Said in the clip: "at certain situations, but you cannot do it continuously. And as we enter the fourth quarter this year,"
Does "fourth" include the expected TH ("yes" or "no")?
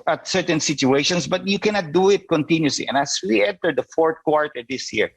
no